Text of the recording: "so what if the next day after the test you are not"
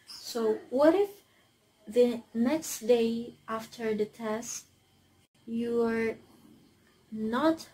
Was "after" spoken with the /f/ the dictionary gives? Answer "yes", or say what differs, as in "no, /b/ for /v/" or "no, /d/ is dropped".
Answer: yes